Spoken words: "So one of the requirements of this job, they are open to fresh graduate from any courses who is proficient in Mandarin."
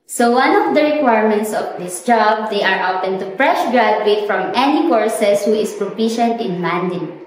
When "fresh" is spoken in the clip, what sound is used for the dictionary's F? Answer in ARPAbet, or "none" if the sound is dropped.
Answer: P